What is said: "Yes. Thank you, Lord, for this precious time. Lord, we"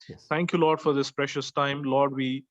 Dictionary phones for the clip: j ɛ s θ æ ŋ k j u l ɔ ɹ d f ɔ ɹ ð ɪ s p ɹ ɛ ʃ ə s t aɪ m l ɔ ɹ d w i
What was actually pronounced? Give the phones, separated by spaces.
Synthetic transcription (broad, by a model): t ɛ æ ŋ k j u l ɔ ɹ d f ɔ ɹ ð ɪ s p ɹ ɛ ʃ ə s t aɪ m l ɔ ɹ d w i